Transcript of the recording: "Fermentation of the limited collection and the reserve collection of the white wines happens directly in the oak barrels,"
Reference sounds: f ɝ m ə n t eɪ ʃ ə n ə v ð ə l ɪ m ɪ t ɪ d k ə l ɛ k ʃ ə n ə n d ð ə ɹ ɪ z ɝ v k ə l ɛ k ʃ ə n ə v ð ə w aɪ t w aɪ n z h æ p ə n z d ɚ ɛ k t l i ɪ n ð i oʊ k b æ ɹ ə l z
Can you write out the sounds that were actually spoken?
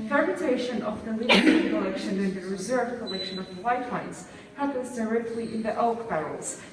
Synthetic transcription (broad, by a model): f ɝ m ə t eɪ ʃ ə n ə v ð ə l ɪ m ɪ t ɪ k ə l ɛ k ʃ ə n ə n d ð ə ɹ ɪ z ɝ v k ə l ɛ k ʃ ə n ə v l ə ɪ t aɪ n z h æ p ə n z d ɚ ɛ k t l i ɪ n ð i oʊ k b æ ɹ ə l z